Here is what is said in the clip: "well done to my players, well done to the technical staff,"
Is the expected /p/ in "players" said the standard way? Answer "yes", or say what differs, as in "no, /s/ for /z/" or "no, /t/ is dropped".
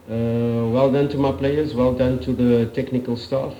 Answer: yes